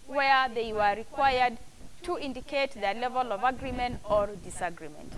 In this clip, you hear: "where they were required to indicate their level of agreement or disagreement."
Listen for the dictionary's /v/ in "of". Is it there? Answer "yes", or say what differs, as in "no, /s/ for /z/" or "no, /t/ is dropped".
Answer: yes